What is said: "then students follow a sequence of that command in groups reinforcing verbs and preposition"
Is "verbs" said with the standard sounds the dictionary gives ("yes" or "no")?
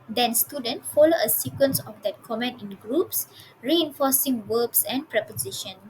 no